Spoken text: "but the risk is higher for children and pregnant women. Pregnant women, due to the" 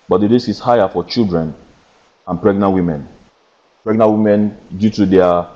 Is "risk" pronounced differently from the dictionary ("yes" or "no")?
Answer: yes